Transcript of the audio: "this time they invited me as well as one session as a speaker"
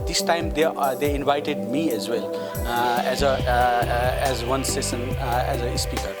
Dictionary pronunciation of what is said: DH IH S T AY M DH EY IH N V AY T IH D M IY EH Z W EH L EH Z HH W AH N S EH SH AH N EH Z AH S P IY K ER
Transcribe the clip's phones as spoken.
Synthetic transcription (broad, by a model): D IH S T AY M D EY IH N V AY T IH D M IY EH Z W EH L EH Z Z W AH N S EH S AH N EH Z AH S P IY K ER